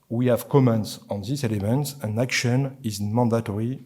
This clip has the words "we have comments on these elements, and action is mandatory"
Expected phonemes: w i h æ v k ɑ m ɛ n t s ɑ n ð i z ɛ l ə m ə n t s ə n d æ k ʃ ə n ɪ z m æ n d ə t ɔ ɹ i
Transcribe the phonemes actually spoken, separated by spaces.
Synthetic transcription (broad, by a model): w i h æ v k ɑ m ɛ n t s ɑ n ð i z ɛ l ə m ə n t s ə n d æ k ʃ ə n ɪ z m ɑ n d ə t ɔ ɹ i